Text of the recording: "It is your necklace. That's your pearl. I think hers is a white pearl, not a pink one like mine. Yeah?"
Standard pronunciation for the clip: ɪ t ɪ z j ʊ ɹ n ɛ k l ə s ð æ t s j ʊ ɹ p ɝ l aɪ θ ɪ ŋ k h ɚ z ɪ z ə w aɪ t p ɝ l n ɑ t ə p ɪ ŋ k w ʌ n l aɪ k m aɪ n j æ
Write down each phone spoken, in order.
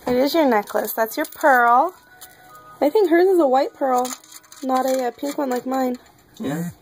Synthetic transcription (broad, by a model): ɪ t ɪ z j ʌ ɹ n ɛ k l ə s ð æ t s j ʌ ɹ p ɝ l aɪ θ ɪ ŋ k h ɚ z ɪ z ə w aɪ t p ɝ l n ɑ t ə p ɪ ŋ k w ʌ n l aɪ k m aɪ n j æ